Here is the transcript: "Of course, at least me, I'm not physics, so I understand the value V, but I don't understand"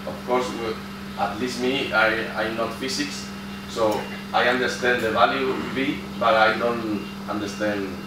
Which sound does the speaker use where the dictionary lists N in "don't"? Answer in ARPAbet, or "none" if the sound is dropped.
N